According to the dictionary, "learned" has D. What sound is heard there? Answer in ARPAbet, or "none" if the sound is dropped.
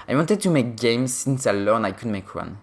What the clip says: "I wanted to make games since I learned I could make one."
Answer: none